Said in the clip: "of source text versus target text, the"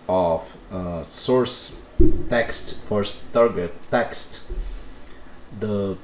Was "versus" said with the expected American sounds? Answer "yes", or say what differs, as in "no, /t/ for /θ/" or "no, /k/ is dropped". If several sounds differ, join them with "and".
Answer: no, /f/ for /v/